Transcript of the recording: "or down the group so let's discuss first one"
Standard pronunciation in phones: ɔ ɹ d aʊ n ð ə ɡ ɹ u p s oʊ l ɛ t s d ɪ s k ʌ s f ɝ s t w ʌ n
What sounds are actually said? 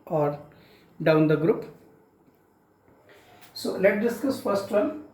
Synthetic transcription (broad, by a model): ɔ ɹ d aʊ n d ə ɡ ɹ u p s oʊ l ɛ t d ɪ s k ʌ s f ɝ s t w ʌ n